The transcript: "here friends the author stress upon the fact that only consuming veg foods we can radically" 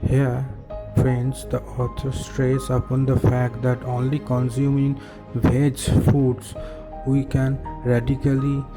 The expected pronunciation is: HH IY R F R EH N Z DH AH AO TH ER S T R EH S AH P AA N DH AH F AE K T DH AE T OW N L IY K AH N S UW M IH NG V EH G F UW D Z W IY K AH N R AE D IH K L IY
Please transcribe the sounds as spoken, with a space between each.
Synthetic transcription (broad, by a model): HH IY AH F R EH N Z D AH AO T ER S T R EH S AH P AA N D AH F AE K T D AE T OW N L IY K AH N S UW M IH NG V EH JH F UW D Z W IY K AH N R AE D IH K L IY